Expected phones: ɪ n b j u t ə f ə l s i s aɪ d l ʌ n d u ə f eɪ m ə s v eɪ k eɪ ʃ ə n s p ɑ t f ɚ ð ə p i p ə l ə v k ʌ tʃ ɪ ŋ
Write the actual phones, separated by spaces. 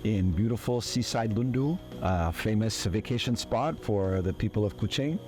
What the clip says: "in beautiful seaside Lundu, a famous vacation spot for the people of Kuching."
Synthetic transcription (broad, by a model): ɪ n b j u t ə f l s i s aɪ d l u n d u ə f eɪ m ə s v eɪ k eɪ ʃ ə n s p ɑ t f ɚ ð ə p i p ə l ə v k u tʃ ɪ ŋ